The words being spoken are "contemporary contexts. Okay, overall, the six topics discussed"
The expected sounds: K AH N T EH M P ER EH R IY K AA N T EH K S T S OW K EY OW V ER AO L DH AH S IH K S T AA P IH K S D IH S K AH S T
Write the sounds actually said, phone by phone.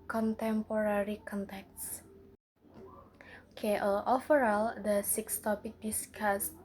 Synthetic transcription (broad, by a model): K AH N T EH M P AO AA R IY K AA N T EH K T S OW K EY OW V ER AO L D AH S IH K S T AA P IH K D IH S K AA S